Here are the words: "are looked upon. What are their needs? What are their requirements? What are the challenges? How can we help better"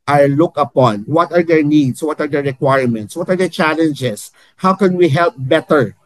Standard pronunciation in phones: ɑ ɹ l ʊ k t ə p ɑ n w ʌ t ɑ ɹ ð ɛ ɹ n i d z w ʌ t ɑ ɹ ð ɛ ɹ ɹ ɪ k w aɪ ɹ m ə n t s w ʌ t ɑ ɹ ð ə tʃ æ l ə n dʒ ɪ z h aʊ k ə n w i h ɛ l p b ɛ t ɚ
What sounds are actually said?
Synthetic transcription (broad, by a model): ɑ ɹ l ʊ k ə p ɑ n w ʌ t ɑ ɹ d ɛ ɹ n i d s w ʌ t ɑ ɹ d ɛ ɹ ɹ ɪ k w aɪ ɹ m ə n t s w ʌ t ɑ ɹ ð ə tʃ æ l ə n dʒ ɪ s h aʊ k ə n w i h ɛ l p b ɛ t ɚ